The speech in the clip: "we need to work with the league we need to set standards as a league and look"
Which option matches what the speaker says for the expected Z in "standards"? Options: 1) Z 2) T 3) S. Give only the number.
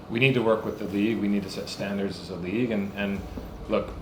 1